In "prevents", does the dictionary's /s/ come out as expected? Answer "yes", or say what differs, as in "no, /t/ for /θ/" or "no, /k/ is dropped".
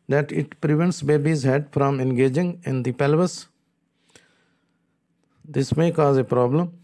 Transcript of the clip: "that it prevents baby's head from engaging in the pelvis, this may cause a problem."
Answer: yes